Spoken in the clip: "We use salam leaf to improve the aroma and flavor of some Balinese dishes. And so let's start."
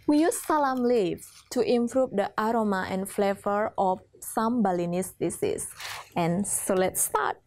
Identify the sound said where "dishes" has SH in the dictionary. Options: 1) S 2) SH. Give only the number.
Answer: 1